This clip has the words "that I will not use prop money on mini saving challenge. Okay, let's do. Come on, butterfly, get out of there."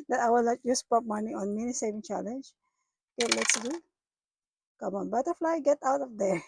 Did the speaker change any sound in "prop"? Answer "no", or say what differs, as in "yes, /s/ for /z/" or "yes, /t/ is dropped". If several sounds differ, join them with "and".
yes, /ɹ/ is dropped